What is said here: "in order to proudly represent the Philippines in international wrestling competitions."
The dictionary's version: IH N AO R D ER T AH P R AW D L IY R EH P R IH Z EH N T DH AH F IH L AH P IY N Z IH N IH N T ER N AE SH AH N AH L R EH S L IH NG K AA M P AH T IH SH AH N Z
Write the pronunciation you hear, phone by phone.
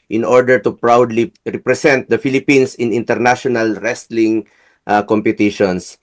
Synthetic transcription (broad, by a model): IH N AO R D ER T AH P R AW D L IY R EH P R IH S EH N T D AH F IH L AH P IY N S IH N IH N T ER N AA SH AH N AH L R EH S L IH NG K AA M P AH T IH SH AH N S